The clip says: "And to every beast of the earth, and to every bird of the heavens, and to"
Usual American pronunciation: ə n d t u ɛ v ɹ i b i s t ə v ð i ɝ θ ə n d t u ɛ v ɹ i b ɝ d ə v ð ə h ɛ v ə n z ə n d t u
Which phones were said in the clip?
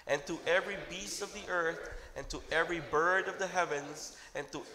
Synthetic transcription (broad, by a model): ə n t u ɛ v ɹ i b i s t ə v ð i ɝ θ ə n t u ɛ v ɹ i b ɝ d ə v ð ə h ɛ v ə n z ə n t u